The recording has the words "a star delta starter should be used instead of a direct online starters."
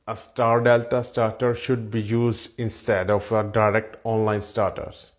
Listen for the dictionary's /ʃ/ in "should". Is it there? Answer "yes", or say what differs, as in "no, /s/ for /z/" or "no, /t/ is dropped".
yes